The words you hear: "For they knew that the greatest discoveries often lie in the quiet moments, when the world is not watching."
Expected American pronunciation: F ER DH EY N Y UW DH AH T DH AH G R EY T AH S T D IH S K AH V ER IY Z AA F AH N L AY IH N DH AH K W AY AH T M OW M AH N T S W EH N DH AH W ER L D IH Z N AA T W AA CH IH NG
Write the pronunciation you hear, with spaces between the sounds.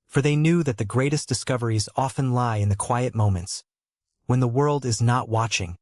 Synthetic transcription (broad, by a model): F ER DH EY N Y UW DH AH T DH AH G R EY T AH S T D IH S K AH V ER IY Z AA F AH N L AY IH N DH AH K W AY AH T M OW M AH N T S W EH N DH AH W ER L D IH Z N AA T W AA CH IH NG